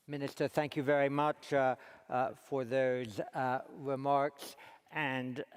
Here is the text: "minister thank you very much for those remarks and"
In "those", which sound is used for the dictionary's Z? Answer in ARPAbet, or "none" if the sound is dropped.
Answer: Z